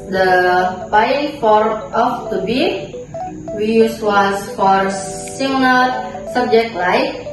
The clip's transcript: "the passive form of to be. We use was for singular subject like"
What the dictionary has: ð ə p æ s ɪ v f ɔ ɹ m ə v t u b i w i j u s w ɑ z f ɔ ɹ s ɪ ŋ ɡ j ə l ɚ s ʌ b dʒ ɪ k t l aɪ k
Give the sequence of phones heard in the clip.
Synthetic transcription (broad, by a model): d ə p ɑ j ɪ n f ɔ ɹ ə f t u b i w i j u s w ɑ s f ɔ ɹ s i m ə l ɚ s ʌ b dʒ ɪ k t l aɪ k